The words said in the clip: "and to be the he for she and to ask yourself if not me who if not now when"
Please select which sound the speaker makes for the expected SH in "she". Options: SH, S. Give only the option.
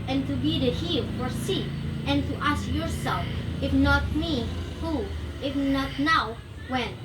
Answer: S